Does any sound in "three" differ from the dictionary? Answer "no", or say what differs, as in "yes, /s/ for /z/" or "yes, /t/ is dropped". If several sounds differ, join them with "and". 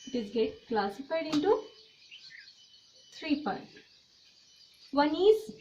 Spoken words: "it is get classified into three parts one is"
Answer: yes, /t/ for /θ/